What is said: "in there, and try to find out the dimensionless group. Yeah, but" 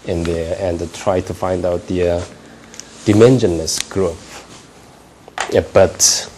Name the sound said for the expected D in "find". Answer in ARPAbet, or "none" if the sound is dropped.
D